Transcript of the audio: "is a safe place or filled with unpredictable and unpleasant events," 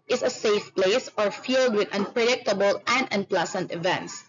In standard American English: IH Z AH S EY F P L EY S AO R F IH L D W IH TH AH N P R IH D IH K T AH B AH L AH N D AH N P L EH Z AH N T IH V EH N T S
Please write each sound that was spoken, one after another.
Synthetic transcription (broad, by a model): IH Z AH S EY F P L EY S AO R F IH L D W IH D AH N P R IH D IH K T AH B AH L AH N D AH N P L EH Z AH N T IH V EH N T S